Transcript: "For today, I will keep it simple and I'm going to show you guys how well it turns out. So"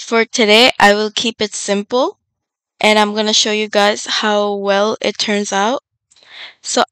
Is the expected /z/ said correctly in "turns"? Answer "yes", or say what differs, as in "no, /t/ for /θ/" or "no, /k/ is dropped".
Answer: yes